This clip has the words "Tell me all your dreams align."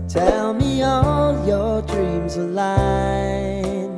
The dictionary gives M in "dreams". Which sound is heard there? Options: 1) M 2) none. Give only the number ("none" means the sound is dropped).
1